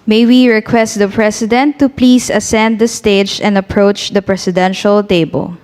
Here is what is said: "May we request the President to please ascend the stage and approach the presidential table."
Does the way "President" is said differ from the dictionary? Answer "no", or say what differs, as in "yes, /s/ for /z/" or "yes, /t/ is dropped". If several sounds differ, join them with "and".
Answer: yes, /s/ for /z/